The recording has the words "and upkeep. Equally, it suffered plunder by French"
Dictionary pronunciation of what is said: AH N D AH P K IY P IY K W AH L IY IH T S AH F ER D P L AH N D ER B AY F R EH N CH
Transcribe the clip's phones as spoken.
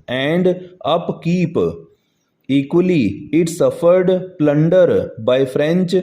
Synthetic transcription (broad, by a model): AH N D AH P K IY P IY K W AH L IY IH T S AH F ER D P L AH N D ER B AY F R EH N CH